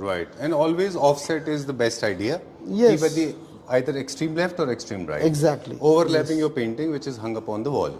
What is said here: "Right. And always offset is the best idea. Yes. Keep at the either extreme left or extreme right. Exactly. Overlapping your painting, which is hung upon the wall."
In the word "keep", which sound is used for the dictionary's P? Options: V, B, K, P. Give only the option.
B